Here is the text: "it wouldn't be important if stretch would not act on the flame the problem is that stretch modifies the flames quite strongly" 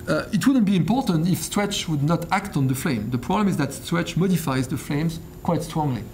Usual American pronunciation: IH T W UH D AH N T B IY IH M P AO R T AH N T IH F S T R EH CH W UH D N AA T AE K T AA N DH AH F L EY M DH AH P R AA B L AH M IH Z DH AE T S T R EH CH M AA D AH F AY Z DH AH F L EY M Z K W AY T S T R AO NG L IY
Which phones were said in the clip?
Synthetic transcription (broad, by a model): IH T W UH D AH N T B IY IH M P AO R T AH N T IH F S T R EH CH W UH D N AA T AE K T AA N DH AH F L EY M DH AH P R AA B L AH M IH Z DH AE T S T R EH CH M AA D AH F AY Z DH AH F L EY M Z K W AY T S T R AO NG L IY